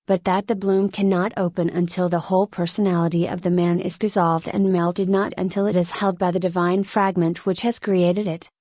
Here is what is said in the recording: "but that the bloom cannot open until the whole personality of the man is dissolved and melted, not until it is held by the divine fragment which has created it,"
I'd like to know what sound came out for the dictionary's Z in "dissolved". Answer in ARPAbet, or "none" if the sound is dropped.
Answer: Z